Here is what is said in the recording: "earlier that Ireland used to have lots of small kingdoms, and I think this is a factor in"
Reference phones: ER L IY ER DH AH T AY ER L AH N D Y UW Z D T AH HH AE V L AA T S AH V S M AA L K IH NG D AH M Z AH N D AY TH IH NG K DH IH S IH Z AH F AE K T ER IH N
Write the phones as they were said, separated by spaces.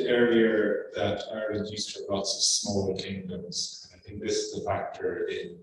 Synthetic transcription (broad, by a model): ER IY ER DH AH T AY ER AH D Y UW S T AH L AA T S AH V S M AA L K IH NG D AH M Z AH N AY TH IH NG K DH IH S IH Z AH F AE K T ER IH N